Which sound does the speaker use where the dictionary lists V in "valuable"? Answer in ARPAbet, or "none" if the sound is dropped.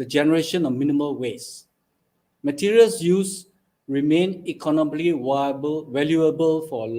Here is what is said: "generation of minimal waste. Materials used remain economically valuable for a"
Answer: W